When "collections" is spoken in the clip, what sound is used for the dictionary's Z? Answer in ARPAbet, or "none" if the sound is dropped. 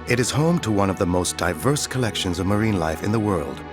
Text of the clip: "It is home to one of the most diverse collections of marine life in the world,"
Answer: Z